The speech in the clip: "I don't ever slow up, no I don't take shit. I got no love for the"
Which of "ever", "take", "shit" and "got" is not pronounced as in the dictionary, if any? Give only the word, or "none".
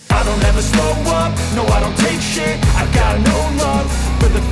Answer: shit